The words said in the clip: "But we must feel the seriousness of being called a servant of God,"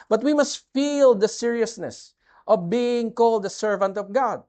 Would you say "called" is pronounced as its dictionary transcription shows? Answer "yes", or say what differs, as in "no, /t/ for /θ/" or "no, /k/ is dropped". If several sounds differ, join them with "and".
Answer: yes